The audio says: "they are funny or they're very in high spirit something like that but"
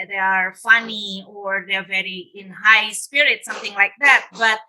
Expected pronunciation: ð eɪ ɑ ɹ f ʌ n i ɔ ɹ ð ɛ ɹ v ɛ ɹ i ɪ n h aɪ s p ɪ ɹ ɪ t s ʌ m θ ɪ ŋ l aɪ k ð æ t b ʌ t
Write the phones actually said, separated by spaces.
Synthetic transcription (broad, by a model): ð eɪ ɑ ɹ f ʌ n i ɔ ɹ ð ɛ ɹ v ɛ ɹ i ɪ n h aɪ s p ɪ ɹ ɪ t s ʌ m θ ɪ ŋ l aɪ k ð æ t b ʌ t